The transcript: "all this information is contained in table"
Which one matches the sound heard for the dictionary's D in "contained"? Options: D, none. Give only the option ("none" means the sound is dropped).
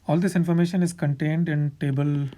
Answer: D